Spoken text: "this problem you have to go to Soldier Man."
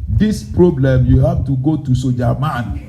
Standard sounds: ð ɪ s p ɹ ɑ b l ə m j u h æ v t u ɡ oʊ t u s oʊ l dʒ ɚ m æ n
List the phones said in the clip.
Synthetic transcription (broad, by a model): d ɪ s p ɹ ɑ b l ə m j u h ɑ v t u ɡ oʊ t u s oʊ dʒ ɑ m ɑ n